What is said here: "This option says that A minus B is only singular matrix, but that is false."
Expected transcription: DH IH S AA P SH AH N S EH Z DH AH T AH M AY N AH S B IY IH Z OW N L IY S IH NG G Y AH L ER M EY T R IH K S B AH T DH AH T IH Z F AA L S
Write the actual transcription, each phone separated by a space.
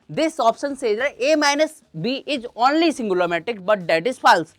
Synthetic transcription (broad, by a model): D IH S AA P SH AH N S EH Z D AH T AH M AY N AH S B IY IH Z OW N L IY S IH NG G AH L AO M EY T IH K B AH T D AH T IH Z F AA L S